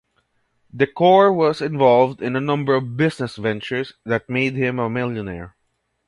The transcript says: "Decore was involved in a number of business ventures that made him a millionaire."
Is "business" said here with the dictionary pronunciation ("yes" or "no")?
no